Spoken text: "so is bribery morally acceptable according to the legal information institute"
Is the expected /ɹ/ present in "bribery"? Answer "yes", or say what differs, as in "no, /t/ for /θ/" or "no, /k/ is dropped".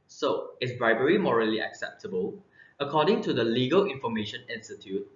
yes